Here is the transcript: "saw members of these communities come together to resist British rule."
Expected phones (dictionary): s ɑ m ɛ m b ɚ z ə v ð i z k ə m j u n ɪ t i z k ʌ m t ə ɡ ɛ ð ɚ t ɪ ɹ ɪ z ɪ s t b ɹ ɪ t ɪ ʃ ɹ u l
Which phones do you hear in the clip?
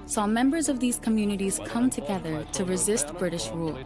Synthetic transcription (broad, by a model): s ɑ m ɛ m b ɚ z ə v ð i z k ə m j u n ɪ t i z k ʌ m t ə ɡ ɛ ð ɚ t ɪ ɹ ɪ z ɪ s t b ɹ ɪ t ɪ ʃ ɹ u l